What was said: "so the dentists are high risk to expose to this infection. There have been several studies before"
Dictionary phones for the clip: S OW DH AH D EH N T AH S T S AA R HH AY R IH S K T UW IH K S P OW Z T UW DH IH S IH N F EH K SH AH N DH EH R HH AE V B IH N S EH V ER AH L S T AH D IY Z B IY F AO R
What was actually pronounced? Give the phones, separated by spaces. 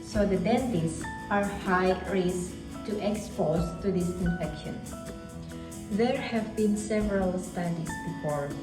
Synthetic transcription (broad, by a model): S OW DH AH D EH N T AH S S AA R HH AY R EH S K T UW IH K S P OW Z T UW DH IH S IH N F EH K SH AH N DH EH R HH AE V B IH N S EH V ER AH L S T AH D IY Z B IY F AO R